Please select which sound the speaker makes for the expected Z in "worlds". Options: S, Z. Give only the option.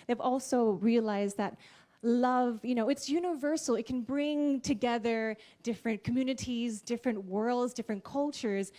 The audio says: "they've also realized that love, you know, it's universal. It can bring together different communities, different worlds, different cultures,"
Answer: Z